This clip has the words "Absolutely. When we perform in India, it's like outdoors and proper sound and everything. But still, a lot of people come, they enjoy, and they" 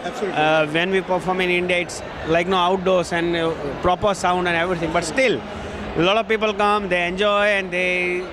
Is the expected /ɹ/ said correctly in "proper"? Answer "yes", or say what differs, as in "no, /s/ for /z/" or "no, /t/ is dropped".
yes